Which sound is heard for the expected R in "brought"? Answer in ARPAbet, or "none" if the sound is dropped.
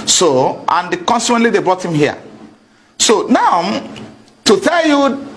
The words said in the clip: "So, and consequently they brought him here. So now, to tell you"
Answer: R